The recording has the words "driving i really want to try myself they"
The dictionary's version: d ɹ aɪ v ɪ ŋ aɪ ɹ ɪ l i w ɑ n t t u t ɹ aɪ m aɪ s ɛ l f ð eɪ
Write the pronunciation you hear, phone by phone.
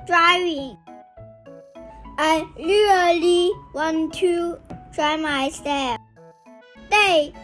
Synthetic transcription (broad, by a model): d ɹ aɪ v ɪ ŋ aɪ l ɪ l i w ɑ n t t u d ɹ aɪ m aɪ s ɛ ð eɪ